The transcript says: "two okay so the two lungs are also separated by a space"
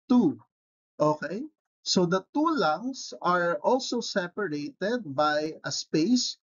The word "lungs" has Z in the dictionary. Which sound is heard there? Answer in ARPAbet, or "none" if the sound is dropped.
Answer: S